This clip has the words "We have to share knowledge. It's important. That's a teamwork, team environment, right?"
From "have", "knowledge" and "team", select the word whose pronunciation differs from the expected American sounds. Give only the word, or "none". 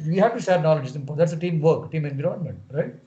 none